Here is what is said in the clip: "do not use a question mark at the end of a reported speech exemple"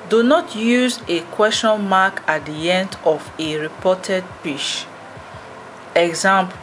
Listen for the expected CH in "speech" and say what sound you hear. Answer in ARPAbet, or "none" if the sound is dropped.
SH